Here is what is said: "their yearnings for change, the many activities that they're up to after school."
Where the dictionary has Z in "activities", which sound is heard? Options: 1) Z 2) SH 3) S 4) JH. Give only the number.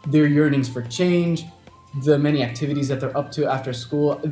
1